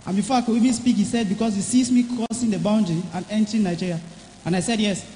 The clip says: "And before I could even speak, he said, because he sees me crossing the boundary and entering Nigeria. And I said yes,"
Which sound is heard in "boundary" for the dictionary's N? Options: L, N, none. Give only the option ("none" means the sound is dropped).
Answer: N